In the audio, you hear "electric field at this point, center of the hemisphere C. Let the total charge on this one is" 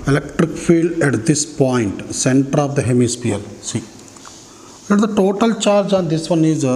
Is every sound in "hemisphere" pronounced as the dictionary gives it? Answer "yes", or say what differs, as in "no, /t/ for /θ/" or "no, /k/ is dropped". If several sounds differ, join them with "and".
no, /p/ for /f/ and /l/ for /ɹ/